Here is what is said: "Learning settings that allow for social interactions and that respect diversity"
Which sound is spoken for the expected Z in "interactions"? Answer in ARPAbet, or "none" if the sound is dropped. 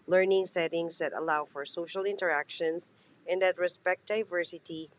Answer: S